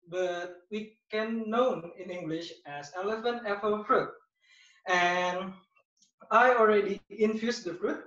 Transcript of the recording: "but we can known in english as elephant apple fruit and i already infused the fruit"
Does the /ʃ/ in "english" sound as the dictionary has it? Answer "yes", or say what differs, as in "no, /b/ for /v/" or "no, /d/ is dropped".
yes